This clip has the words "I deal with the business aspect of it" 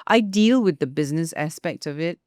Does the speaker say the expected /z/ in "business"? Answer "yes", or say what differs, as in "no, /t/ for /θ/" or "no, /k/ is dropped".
yes